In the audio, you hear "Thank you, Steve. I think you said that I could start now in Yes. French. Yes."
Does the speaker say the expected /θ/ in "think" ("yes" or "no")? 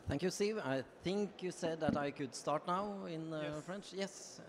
yes